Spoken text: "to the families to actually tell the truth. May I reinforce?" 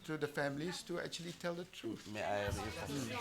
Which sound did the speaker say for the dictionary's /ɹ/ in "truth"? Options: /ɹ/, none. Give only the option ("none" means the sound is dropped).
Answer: /ɹ/